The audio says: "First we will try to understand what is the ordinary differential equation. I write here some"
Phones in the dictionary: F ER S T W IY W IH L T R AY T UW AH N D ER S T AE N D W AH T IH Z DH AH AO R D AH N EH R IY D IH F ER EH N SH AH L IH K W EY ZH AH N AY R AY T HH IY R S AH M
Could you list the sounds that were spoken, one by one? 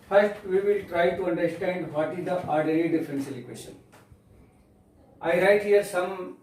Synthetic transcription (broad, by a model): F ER S T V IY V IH L T R AY T UW AH N D ER S T AE N D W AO T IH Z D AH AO R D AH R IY D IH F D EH N S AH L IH K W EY SH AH N AY R AY T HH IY R S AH M